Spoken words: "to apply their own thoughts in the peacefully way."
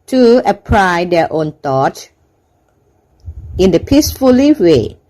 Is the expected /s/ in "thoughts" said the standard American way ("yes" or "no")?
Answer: no